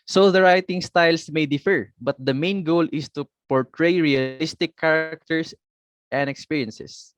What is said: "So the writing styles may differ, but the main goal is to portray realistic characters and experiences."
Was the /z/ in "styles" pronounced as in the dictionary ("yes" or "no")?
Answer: no